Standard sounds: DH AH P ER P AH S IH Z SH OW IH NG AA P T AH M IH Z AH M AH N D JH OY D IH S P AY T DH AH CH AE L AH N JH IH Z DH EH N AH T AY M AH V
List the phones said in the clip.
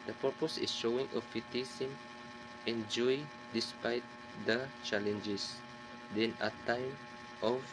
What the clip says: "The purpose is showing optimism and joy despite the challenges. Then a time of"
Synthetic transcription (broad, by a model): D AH P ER P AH S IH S SH OW IH NG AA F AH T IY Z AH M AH N JH OY D IH S P AY T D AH CH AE L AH N JH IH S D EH N AH T AY M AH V